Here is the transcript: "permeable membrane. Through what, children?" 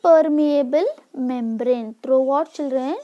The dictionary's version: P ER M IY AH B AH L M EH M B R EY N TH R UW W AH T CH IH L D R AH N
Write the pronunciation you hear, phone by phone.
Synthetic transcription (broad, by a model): P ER M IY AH B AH L M EH M B R EY N T R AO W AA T CH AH L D R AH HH